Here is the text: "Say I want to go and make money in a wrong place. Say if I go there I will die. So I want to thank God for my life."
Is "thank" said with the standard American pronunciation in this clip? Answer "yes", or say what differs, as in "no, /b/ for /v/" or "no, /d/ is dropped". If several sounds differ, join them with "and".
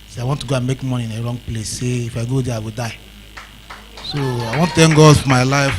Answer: no, /t/ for /θ/